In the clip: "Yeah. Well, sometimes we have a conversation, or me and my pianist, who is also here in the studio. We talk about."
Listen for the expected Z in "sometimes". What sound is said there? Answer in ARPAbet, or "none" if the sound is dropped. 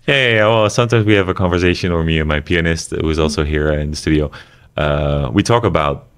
Z